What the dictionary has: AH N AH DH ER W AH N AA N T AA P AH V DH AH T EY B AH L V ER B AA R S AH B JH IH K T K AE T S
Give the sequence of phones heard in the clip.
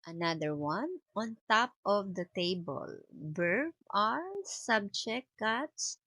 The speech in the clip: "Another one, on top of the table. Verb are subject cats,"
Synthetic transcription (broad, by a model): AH N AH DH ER W AH N AA N T AA P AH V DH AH T EY B AH L B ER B AA R S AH B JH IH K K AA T S